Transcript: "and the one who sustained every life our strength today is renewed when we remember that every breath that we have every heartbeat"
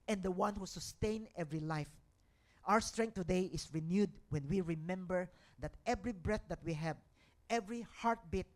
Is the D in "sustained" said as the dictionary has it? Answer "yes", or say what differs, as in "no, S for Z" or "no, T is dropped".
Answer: no, D is dropped